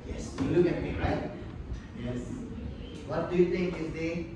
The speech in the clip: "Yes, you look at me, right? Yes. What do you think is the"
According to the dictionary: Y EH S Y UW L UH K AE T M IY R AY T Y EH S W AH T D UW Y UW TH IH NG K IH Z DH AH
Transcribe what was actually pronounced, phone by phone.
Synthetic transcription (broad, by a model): Y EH S Y UW L UH K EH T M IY R AY T Y EH S W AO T D UW Y UW T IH NG K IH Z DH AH